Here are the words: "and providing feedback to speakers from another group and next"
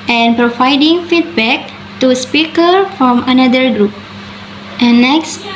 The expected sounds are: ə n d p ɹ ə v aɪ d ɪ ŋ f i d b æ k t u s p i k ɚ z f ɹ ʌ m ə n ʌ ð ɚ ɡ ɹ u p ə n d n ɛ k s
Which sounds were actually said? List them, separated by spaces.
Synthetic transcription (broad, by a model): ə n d p ɹ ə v aɪ d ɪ ŋ f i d b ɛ k t u s p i k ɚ f ɹ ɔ m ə n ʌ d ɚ ɡ ɹ u p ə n n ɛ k s